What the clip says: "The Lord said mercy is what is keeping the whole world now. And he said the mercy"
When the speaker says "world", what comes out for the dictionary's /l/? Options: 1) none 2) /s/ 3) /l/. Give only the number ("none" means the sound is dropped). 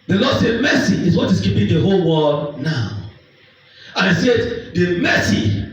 1